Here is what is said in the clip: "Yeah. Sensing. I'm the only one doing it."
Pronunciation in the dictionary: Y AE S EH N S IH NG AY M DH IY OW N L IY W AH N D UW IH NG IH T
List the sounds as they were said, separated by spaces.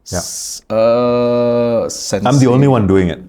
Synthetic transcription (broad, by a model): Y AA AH S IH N AY M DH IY OW N L IY W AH N D UW IH NG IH T